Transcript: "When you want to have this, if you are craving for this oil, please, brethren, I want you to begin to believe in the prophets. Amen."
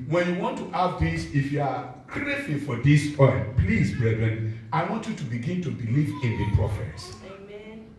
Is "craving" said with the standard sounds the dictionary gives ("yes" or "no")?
no